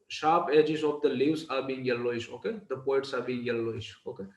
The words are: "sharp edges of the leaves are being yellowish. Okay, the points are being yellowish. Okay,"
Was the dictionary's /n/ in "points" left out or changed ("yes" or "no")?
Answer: yes